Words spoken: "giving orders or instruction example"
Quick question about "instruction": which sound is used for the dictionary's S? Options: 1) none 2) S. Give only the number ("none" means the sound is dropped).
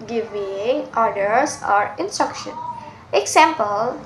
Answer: 2